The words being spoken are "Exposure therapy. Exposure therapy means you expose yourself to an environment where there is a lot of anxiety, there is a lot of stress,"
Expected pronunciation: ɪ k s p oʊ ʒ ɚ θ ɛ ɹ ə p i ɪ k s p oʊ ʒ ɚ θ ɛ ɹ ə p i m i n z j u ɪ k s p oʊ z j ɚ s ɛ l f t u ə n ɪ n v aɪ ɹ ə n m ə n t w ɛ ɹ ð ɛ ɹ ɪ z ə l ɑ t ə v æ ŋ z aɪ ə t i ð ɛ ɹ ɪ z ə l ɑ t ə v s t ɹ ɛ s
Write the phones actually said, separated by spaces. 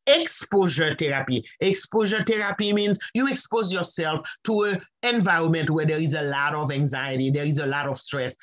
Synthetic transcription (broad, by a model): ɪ k s p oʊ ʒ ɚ t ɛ ɹ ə p i ɪ k s p oʊ ʒ ɚ t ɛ ɹ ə p i m i n z j u ɪ k s p oʊ z j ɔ s ɛ l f t u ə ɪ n v aɪ ɹ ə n m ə n t w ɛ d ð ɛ ɹ ɪ z ə l ɑ t ə v æ ŋ z aɪ ə t i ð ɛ ɹ ɪ z ə l ɑ t ə v s t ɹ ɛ s